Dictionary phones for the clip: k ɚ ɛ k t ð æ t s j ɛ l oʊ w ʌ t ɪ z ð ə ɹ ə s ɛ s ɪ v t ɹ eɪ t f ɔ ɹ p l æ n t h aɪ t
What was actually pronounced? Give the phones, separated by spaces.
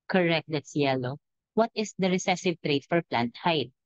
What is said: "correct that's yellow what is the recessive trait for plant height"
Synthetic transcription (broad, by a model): k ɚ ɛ k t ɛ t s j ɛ l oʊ w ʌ t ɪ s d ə ɹ ə s ɛ s ɪ v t ɹ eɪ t f ɔ ɹ p l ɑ n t h aɪ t